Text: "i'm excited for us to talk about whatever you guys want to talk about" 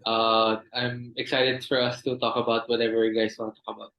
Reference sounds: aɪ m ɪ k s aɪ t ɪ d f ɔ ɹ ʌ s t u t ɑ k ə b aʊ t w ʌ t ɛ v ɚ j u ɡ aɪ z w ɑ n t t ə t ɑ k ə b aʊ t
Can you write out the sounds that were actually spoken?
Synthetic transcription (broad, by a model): aɪ m ɪ k s aɪ t ɪ d f ɔ ɹ ʌ s t u t ɑ k ə b aʊ t w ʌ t ɛ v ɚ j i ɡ aɪ s w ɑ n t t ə t ɑ k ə b aʊ t